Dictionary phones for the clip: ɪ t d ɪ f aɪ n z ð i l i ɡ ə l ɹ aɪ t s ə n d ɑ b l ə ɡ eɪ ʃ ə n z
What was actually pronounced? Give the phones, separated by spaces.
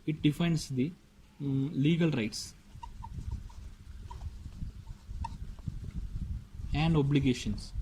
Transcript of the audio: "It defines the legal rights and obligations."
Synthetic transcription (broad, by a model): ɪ t d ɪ f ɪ n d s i l i ɡ ə l ɹ aɪ t s ə n d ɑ b l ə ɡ eɪ ʃ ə n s